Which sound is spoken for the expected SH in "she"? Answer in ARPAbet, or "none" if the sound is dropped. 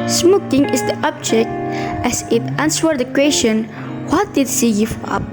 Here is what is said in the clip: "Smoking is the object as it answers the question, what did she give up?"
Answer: S